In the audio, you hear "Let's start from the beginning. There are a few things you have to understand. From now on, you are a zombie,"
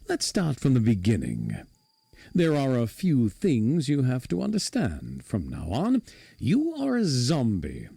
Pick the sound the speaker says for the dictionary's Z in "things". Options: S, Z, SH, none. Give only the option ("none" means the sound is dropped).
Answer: Z